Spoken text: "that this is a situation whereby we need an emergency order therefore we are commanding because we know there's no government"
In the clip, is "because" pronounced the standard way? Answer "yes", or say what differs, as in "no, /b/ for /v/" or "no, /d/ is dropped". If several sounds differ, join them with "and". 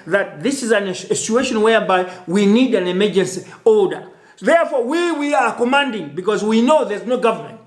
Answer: yes